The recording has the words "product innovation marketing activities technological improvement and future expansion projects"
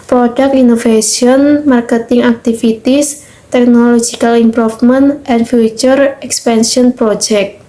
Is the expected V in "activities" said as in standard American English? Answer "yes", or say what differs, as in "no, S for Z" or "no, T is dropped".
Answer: no, F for V